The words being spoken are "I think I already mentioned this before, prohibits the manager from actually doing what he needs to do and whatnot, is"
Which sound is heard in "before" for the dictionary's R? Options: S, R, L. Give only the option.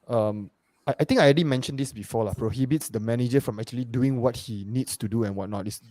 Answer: L